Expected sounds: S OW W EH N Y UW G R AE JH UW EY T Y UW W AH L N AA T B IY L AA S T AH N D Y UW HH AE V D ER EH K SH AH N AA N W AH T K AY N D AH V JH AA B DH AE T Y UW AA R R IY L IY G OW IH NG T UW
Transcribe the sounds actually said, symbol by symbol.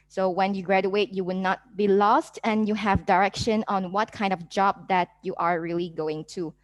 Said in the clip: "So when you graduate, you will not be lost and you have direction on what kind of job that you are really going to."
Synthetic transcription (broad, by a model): S OW W EH N Y UW G R AE JH UW EY T Y UW W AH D N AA T B IY L AA S T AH N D Y UW HH AE V D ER EH K SH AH N AA N W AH T K AY N D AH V JH AA B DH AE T Y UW AA R R IY L IY G OW IH NG T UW